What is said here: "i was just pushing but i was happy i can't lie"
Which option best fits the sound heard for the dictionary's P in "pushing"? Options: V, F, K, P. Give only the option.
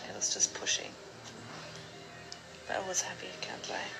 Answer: P